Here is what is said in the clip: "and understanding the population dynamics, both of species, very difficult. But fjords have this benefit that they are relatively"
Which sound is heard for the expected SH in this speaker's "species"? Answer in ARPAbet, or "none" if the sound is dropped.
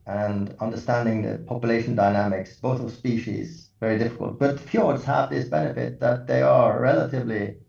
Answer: SH